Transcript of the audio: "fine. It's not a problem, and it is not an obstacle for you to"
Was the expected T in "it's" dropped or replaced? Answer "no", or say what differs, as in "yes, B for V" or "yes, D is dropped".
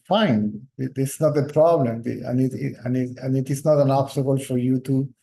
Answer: yes, S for T